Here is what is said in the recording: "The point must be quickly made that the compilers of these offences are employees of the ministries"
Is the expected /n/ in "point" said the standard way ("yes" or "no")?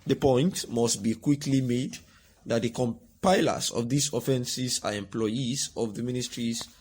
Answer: yes